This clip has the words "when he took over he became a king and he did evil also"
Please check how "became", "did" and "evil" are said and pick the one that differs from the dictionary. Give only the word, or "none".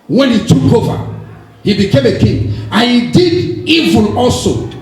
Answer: evil